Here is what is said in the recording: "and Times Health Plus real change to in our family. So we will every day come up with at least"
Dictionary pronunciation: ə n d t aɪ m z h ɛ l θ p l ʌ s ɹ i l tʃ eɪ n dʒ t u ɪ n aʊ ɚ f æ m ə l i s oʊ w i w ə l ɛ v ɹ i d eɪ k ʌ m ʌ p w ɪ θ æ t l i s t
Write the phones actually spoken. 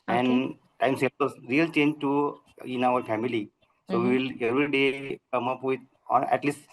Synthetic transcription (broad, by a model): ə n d t aɪ m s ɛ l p ʌ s ɹ i l tʃ eɪ n dʒ t u ɪ n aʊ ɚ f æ m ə l i s oʊ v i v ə l ɛ v ɹ i d eɪ k ʌ m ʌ p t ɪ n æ t l i s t